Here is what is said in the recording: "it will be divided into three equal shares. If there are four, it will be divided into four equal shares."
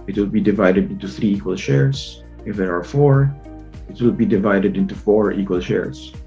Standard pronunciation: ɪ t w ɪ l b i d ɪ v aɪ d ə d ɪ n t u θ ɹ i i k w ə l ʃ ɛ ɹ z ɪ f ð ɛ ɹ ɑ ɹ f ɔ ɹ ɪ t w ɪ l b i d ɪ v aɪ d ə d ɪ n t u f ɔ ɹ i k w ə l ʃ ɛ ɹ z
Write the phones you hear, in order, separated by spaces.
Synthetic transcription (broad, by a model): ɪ t w ɪ l b i d ɪ v aɪ d ə d ɪ n t u θ ɹ i i k w ə l ʃ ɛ ɹ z ɪ f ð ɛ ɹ ɑ ɹ f ɔ ɹ ɪ t w ɪ l b i d ɪ v aɪ d ə d ɪ n t u f ɔ ɹ i k w ə l ʃ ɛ ɹ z